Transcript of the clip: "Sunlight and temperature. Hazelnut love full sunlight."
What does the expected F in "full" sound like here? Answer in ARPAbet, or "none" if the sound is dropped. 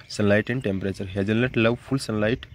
P